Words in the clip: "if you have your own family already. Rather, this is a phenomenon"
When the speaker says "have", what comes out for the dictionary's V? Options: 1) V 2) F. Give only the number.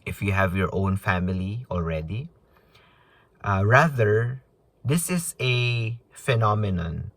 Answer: 1